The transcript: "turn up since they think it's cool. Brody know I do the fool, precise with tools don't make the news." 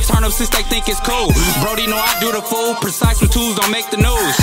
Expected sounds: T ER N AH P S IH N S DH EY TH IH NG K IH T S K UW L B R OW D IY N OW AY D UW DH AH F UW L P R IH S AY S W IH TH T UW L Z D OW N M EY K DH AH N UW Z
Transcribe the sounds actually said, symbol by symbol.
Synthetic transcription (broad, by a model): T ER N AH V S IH S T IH TH IH NG K IH T S K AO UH B R OW D IY N OW AY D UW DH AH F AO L P R IH S AY S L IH T UW L Z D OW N M EY K DH AH N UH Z